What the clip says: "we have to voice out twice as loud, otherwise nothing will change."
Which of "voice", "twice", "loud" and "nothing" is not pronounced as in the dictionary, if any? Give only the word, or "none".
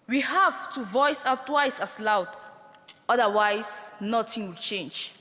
nothing